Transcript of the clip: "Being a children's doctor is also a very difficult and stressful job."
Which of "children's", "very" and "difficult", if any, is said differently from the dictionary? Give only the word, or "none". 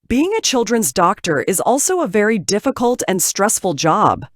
none